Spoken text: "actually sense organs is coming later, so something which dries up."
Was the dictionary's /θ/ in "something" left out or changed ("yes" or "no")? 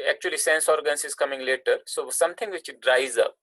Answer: yes